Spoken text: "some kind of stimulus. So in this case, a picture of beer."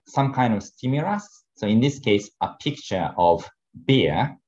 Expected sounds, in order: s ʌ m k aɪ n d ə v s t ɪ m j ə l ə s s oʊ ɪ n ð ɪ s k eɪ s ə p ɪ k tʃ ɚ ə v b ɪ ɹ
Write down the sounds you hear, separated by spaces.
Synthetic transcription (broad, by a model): s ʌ m k aɪ n d ə v s t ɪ m j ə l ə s s oʊ ɪ n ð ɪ s k eɪ s ə p ɪ k tʃ ɚ ə v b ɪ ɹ